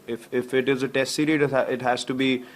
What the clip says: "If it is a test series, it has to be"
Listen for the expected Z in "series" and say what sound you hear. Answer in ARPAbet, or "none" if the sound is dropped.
none